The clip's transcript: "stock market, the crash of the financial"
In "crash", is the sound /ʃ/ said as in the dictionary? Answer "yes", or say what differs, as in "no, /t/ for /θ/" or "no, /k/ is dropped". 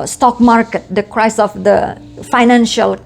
no, /s/ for /ʃ/